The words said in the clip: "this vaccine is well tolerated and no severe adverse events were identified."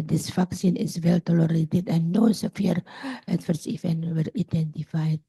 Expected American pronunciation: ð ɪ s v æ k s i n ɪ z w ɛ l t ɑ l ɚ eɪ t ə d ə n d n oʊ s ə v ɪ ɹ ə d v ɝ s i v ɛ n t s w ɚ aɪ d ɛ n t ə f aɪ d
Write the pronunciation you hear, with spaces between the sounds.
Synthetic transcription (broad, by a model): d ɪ s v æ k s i n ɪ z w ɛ l t ɑ l ɚ eɪ t ə d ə n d n oʊ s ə f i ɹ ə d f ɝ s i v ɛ n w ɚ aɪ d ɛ n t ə f aɪ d